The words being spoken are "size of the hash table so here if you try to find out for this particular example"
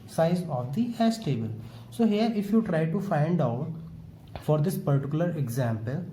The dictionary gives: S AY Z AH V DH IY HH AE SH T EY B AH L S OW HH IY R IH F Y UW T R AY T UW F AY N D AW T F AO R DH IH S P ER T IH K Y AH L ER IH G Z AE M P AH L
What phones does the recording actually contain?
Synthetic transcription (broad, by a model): S AY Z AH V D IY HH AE S T EY B AH L S OW HH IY R IH F Y UW T R AY T UW F AY N D AW T F AO R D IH S P ER T IH K Y AH L ER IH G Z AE M P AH L